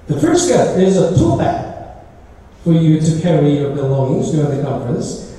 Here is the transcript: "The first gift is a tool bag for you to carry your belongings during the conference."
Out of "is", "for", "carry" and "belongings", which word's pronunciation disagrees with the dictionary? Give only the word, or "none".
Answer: none